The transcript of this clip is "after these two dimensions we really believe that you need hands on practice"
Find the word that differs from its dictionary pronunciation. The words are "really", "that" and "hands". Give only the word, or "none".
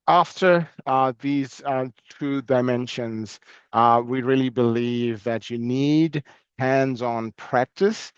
none